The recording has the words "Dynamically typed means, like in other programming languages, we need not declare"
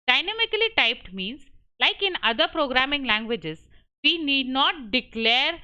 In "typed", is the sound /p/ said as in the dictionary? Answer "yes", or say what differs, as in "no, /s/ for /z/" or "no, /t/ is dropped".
yes